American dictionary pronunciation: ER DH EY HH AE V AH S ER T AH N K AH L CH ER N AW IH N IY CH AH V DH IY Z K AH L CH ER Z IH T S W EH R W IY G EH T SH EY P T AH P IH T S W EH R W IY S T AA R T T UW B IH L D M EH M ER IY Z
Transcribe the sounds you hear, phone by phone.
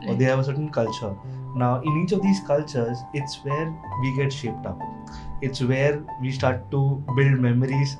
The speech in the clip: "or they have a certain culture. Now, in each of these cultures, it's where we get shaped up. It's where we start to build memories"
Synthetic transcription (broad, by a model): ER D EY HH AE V AH S ER T AH N K AH L CH ER N AW IH N IY CH AH V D IY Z K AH L CH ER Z IH T S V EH R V IY G EH T SH EY P T AH P IH T S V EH R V IY S T AA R T T UW B IH L D M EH M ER IY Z